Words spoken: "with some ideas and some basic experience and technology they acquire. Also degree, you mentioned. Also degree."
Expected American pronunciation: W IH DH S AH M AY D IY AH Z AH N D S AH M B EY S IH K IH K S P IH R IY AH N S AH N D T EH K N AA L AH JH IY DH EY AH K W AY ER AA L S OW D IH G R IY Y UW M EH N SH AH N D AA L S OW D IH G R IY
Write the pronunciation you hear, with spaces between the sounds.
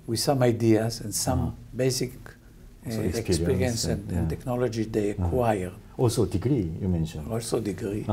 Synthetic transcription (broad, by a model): W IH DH S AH M AY D IY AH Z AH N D S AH M B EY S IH K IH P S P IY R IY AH N S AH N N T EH K N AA L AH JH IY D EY AH K W AY ER AA L S OW D IH G R IY Y UW M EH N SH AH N AA L S OW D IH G R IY